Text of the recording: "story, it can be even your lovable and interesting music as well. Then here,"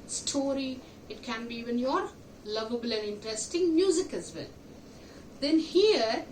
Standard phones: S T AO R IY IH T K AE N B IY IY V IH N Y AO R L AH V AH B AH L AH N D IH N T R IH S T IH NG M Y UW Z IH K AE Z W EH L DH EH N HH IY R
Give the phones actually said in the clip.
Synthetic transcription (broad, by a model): S T AO R IY IH T K AE N B IY IY V IH N Y AO R L AH V AH B AH L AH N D IH N T R IH S T IH NG M Y UW Z IH K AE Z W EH L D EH N HH IY R